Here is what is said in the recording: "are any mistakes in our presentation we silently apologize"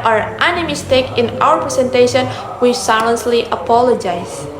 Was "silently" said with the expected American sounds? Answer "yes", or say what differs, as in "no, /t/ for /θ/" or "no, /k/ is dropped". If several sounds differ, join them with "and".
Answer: no, /s/ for /t/